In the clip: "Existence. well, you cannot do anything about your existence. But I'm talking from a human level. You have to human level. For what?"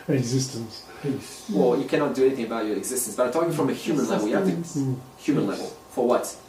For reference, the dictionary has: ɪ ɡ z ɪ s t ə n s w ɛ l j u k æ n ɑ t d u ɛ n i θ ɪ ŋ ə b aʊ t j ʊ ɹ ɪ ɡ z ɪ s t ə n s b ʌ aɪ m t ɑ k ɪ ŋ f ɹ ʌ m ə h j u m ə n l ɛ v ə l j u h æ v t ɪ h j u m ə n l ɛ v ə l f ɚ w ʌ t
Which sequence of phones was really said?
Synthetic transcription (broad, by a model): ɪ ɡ z ɪ s t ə n s w ɛ l j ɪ k æ n ɑ t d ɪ ɛ n i θ ɪ ŋ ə b aʊ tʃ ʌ ɹ ɪ ɡ z ɪ s t ə n s b ʌ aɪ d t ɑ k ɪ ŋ f ɹ ʌ m ə h j u m ə n l ɛ v l j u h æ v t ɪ h j u m ə n l ɛ v ə l f ɚ w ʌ t